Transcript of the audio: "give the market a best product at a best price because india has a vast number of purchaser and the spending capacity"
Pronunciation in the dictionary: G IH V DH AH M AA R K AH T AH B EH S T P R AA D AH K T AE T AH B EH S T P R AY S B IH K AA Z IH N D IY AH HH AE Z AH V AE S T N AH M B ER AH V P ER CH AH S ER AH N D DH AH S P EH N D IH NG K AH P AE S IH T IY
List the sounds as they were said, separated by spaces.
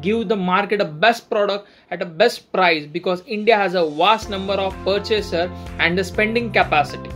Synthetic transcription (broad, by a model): G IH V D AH M AA R K AH T AH B EH S T P R AA D AH K T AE T AH B EH S T P R AY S B IH K AA Z IH N D IY AH HH AE Z AH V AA S T N AH M B ER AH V P ER CH AH S ER AH N D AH S P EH N D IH NG K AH P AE S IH T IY